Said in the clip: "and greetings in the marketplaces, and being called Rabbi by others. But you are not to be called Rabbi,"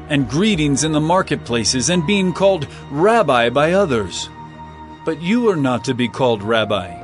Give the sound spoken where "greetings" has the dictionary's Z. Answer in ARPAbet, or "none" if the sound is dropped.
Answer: Z